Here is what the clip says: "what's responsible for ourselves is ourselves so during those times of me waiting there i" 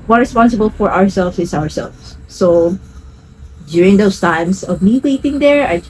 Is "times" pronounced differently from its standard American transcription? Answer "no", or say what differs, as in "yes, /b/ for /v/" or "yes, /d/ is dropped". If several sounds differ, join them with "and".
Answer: yes, /s/ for /z/